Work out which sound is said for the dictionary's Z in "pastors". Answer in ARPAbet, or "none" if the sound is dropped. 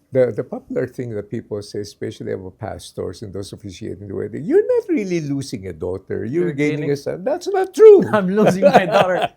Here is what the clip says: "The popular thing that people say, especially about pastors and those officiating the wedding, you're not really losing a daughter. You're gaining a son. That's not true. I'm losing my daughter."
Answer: S